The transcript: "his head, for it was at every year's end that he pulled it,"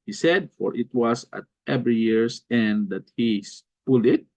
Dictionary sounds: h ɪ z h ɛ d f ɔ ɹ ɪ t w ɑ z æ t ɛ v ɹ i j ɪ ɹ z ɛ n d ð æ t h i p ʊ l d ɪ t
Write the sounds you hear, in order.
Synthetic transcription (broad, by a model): h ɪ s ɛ d f ɔ ɹ ɪ t w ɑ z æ t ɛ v ɹ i j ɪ ɹ s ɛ n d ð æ t h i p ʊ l ɪ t